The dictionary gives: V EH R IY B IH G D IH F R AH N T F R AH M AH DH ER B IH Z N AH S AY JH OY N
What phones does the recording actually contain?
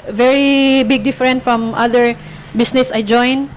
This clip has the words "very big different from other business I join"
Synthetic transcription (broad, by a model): V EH R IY B IH G D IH F R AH N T F R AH M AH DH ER B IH S N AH S AY JH OY N